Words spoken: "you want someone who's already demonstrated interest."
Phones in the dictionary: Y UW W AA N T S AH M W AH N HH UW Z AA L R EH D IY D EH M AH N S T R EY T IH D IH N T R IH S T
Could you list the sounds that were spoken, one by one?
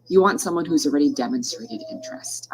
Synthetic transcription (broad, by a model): Y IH W AA N T S AH M W AH N HH UW Z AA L R EH D IY D EH M AH N S T R EY T IH D IH N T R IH S T